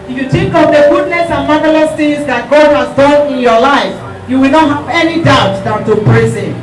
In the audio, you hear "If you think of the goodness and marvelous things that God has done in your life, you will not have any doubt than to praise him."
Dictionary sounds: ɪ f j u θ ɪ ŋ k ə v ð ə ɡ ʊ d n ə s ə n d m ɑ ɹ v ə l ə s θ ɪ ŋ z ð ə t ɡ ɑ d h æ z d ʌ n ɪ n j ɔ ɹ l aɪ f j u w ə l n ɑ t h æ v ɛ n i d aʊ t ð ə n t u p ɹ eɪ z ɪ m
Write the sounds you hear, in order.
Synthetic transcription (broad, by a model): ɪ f j u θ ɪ ŋ k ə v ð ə ɡ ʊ d n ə s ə n m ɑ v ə l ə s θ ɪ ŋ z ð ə t ɡ ɑ d h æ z d ʌ n ɪ n j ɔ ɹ l aɪ f j u w ə l n ɑ t h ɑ v ɛ n i d aʊ t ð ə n t u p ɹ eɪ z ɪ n